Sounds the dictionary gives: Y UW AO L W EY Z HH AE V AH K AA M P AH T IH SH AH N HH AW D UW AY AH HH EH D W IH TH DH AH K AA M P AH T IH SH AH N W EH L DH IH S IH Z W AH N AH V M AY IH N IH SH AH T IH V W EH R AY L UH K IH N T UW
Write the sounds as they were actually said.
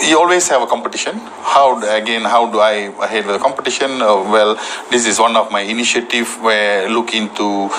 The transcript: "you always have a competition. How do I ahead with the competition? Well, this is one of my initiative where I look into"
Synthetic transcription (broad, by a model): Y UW AO L W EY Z HH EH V AH K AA M P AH T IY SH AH N HH AW D UW AY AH HH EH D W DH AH K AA M P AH T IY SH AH N W EH L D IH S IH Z W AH N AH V M AY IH N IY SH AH T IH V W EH L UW K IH N T UW